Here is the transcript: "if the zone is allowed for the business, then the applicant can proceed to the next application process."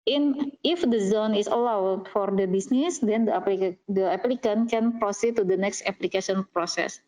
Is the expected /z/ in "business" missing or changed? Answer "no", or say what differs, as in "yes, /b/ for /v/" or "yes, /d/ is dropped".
yes, /s/ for /z/